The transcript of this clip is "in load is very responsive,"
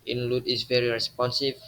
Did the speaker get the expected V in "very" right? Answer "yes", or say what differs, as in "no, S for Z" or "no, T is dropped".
yes